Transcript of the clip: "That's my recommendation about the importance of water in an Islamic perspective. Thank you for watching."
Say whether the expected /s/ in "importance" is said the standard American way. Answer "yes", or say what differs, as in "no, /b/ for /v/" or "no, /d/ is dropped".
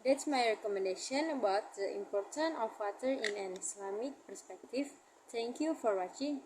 no, /s/ is dropped